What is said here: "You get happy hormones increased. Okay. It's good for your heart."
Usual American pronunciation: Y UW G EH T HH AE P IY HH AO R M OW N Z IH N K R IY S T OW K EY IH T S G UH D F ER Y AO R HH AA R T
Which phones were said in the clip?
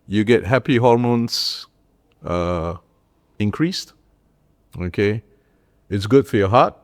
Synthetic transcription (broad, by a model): Y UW G EH T HH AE P IY HH AO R M OW N S IH N K R IY S T OW K EY IH T S G UH D F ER Y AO HH AA T